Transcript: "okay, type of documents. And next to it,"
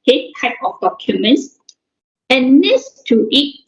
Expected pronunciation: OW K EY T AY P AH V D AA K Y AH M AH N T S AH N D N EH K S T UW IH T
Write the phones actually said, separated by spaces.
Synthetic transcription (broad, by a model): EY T AY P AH F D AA K Y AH M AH N S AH N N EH S T UW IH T